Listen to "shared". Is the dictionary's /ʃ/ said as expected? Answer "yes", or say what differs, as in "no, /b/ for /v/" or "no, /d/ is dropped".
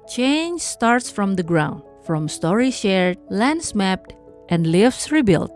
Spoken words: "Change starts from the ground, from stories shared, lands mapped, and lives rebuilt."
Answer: yes